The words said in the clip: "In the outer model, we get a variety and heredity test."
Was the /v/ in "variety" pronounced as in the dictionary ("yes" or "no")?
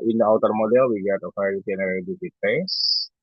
no